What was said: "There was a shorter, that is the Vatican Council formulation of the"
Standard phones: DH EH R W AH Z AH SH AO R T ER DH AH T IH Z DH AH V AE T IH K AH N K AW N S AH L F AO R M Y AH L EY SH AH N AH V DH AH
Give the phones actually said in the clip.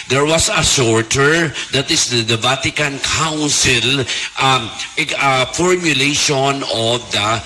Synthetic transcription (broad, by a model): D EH R W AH S AH S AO R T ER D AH T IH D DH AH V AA T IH K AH N K AW N S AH L F AO R M Y AH L EY SH AH N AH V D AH